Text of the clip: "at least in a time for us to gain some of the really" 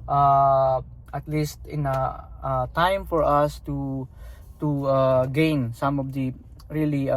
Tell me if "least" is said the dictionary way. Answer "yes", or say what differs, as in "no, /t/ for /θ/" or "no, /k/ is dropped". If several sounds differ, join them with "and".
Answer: yes